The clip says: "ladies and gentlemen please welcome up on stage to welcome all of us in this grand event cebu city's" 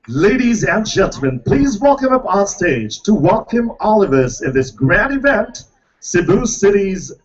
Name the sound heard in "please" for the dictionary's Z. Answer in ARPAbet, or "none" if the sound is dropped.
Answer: Z